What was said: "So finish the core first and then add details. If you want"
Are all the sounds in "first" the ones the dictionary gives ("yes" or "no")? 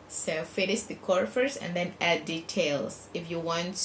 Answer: no